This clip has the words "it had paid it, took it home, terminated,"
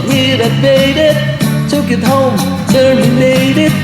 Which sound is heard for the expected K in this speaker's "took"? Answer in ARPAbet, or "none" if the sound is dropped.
K